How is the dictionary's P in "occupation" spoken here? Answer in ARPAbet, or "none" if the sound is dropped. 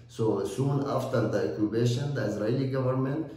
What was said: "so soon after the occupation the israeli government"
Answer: B